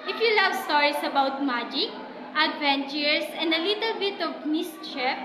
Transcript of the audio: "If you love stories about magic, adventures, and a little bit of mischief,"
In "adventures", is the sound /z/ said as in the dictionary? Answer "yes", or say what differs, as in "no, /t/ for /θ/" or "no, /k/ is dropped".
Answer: no, /s/ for /z/